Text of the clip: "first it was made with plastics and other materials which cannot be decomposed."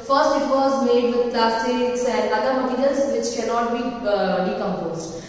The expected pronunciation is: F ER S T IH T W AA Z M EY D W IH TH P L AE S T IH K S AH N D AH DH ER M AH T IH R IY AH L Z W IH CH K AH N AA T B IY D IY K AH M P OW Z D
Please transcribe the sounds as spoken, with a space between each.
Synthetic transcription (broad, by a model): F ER S T IH T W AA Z M EY D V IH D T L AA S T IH S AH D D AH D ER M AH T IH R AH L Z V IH CH K AH N AA T B IY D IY K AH M P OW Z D